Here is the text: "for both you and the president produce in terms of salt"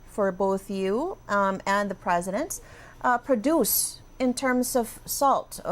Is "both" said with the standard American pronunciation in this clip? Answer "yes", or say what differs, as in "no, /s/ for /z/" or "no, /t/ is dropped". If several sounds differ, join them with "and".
yes